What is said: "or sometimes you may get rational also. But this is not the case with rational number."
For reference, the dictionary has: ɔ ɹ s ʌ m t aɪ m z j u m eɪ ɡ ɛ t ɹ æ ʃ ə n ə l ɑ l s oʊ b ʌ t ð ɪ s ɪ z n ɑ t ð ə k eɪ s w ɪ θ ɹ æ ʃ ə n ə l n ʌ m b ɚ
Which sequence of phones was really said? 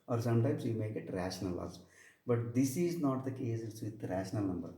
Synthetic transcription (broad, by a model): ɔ ɹ s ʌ m t aɪ m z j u m eɪ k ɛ t ɹ æ ʃ ə n ə l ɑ s b ʌ t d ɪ s ɪ z n ɑ t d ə k eɪ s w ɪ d ɹ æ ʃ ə n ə l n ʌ m b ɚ